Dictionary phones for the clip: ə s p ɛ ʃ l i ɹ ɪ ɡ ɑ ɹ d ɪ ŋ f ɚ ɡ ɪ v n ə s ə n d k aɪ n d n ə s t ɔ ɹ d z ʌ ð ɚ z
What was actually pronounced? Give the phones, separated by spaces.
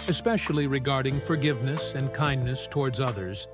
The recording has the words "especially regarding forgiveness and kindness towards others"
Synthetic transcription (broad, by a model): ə s p ɛ ʃ l i ɹ ɪ ɡ ɑ ɹ d ɪ ŋ f ɚ ɡ ɪ v n ə s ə n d k aɪ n n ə s t ɔ ɹ d z ʌ ð ɚ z